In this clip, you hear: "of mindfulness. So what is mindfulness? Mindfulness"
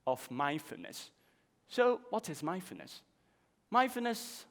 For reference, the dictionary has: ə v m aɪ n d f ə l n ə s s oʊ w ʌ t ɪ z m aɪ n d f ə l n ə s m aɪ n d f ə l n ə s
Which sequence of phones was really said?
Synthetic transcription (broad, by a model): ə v m aɪ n f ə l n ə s s oʊ w ʌ t ɪ z m aɪ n f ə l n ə s m aɪ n f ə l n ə s